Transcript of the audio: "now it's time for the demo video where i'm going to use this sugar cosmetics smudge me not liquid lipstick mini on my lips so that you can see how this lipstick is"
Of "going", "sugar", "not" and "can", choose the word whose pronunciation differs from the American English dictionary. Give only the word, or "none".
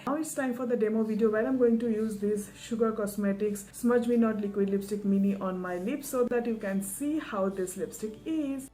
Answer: none